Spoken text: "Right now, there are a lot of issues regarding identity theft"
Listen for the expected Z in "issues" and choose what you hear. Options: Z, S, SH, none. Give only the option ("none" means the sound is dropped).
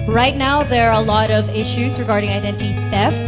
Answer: Z